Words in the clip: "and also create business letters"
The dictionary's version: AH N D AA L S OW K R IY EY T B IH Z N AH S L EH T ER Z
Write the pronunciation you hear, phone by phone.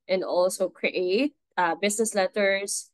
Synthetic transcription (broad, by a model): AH N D AA L S OW K R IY EY T B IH S N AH S L EH T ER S